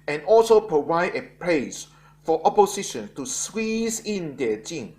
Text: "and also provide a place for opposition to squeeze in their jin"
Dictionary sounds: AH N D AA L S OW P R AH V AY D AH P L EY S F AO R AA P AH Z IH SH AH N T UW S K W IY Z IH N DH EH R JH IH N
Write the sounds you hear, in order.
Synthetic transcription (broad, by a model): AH N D AA L S OW P R AH V AY D AH P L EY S F AO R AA P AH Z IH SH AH N T UW S W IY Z IH N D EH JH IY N